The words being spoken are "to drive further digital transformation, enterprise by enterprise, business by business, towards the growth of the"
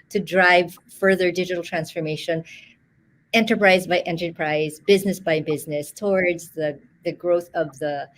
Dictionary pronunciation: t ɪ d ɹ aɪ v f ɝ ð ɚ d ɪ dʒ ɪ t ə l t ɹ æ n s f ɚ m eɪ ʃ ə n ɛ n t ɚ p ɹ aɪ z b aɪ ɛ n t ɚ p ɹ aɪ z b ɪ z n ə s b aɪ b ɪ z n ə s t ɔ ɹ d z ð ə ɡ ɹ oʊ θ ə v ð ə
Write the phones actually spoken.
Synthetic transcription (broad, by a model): t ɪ d ɹ aɪ v f ɝ ð ɚ d ɪ dʒ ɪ t l t ɹ æ n s f ɚ m eɪ ʃ ə n ɛ n t ɚ p ɹ aɪ z b aɪ ɛ n t ɚ p ɹ aɪ z b ɪ z n ə s b aɪ b ɪ z n ə s t ɔ ɹ d z ð ə ɡ ɹ oʊ θ ə v ð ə